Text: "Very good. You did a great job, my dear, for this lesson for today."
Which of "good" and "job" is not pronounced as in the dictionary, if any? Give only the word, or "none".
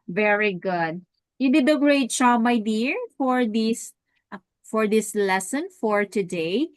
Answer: job